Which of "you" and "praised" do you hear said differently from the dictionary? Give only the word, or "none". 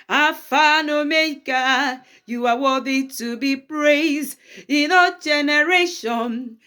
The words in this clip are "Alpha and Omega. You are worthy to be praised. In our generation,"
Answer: none